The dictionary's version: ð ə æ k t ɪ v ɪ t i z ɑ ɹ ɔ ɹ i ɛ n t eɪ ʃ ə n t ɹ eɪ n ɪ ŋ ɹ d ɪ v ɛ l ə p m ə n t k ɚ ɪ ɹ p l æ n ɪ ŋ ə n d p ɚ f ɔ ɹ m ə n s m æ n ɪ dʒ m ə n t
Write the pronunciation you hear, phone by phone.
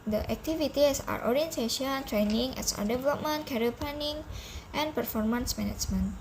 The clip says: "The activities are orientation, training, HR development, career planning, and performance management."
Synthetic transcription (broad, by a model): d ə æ k t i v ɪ t i s ɑ ɹ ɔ ɹ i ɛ n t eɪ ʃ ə n t ɹ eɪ n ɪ ŋ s d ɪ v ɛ l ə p m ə n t k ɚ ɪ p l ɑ n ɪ ŋ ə n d p ɚ f ɔ ɹ m ə n s m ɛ n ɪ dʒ m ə n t